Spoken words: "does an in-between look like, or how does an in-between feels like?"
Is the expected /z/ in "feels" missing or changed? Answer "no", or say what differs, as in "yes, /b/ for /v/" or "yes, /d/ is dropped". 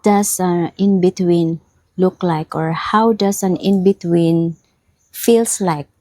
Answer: yes, /s/ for /z/